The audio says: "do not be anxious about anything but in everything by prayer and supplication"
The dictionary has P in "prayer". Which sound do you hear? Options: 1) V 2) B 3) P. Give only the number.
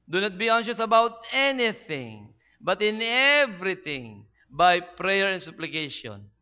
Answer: 3